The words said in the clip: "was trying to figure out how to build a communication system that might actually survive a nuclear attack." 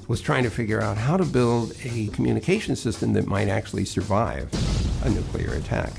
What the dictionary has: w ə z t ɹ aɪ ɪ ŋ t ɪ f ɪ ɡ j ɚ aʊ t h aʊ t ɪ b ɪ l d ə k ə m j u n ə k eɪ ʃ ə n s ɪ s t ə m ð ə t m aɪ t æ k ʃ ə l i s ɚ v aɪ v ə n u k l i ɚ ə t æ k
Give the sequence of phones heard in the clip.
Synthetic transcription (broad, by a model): w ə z t ɹ aɪ ɪ ŋ t ɪ f ɪ ɡ j ɚ aʊ t h aʊ t ɪ b ɪ l d ə k m j u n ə k eɪ ʃ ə n s ɪ s t ə m ð ə t m aɪ t æ k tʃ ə l i s ɚ v aɪ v ə n u k l i ɚ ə t æ k